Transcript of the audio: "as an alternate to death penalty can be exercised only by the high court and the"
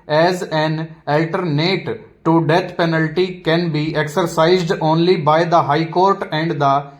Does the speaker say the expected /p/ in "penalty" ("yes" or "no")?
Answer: yes